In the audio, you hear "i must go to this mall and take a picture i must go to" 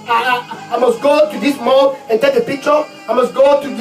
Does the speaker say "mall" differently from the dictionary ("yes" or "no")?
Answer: yes